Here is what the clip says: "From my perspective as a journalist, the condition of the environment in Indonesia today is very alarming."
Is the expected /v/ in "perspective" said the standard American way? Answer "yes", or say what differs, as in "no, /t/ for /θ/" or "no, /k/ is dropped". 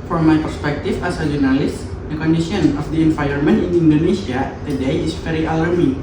no, /f/ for /v/